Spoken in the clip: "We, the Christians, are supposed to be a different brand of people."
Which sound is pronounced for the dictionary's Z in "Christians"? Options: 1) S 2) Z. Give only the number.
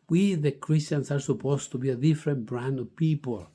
1